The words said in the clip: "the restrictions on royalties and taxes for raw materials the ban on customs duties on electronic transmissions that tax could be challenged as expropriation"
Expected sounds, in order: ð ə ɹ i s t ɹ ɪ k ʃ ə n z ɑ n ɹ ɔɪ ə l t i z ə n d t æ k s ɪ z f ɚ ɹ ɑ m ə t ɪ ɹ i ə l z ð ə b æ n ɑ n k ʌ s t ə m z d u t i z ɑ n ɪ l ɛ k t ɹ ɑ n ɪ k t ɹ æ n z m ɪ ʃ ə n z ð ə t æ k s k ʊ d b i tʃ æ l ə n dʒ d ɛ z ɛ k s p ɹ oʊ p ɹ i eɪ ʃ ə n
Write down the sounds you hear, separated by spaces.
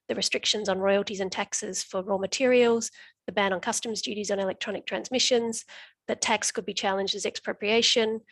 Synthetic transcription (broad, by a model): ð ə ɹ i s t ɹ ɪ k ʃ ə n z n ɹ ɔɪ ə l t i z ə n t æ k s ɪ z f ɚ ɹ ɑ m ə t ɪ ɹ i ə l z ð ə b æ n n k ʌ s t ə m z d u t i z n ɪ l ɛ k t ɹ ɑ n ɪ k t ɹ æ n z m ɪ ʃ ə n z ð ə t æ k s k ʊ d b i tʃ æ l ə n dʒ d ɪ z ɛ k s p ɹ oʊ p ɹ i eɪ ʃ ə n